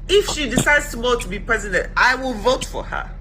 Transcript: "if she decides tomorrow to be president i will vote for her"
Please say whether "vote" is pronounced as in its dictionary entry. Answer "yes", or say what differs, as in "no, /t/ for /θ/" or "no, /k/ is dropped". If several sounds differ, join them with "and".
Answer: yes